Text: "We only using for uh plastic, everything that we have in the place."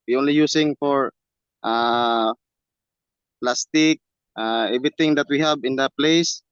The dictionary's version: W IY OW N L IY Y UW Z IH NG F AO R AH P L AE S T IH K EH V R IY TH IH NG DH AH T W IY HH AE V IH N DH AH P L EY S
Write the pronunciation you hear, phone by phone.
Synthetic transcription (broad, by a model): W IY OW N L IY Y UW S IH NG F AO R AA P L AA S T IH K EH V R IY T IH NG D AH T W IY HH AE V IH N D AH P L EY S